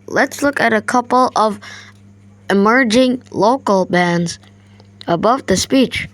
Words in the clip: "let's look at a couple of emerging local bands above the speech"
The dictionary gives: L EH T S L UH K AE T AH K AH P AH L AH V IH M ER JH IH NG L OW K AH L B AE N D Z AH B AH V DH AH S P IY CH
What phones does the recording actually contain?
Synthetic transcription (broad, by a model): L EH T S L UH K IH T AH K AH P L AH V IH M ER JH IH NG L OW K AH L B AE N D Z AH B AH V DH AH S P IY CH